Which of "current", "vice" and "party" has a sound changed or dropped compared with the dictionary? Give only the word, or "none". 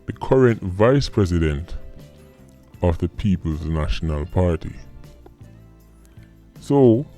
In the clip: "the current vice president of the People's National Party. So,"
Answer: none